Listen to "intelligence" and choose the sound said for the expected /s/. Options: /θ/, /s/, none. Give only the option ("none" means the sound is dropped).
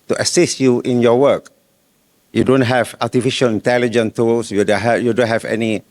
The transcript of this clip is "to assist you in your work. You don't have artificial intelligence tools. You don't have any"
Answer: none